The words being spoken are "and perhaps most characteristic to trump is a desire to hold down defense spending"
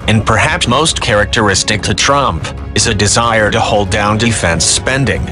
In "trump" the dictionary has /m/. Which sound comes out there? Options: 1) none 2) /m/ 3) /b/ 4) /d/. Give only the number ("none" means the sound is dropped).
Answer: 2